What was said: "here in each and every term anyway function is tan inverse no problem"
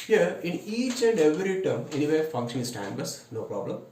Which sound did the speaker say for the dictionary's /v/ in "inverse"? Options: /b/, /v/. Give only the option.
/b/